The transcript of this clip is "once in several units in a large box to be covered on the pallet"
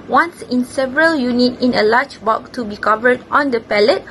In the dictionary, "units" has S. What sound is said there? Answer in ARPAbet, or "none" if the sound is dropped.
none